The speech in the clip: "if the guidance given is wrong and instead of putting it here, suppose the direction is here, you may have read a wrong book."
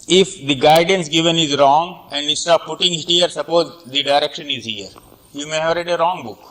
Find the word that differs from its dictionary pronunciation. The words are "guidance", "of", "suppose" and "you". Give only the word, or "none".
of